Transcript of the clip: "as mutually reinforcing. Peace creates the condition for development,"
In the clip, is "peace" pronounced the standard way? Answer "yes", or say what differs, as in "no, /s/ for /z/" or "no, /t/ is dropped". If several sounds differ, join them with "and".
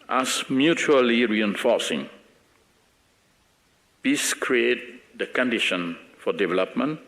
no, /b/ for /p/